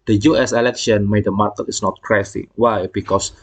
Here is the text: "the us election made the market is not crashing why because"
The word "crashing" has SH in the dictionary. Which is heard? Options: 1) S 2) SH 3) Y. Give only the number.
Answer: 1